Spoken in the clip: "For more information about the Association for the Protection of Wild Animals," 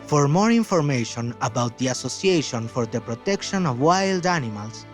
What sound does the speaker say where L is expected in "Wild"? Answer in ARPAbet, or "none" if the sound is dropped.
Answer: L